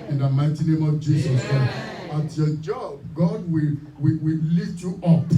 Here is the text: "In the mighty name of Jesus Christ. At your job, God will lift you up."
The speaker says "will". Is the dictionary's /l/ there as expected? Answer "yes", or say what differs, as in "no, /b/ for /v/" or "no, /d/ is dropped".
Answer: no, /w/ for /l/